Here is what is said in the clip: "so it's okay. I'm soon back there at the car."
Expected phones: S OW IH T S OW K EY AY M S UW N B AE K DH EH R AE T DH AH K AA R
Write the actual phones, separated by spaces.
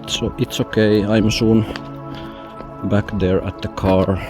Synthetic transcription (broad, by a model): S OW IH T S OW K EY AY M SH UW N B AE K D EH R AE T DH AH K AA R